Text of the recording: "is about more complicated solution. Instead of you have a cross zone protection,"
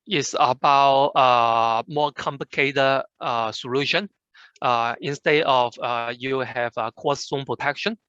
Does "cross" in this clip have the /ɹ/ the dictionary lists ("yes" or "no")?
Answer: no